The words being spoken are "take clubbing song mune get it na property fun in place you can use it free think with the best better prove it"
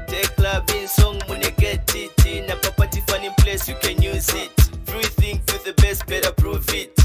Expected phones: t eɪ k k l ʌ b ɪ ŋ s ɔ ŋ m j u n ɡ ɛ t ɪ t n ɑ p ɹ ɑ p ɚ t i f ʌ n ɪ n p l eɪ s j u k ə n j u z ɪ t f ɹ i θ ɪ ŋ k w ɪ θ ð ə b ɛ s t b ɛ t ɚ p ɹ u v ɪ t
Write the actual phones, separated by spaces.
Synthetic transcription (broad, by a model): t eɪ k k l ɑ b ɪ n s ɔ ŋ m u n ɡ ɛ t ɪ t n ɑ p ɑ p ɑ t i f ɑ n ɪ p l eɪ s j u k ə n j u z ɪ t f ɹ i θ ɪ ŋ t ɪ ð ə b ɛ s t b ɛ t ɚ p ɹ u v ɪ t